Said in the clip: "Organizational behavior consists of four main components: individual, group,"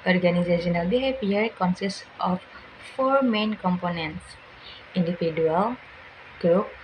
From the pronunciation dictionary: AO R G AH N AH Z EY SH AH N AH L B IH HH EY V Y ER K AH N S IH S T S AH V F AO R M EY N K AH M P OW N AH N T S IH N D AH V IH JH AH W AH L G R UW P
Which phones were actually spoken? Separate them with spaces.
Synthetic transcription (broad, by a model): AO R G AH N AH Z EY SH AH N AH L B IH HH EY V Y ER K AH N S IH S T AH F AO R M EY N K AH M P OW N AH N T S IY N D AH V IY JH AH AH L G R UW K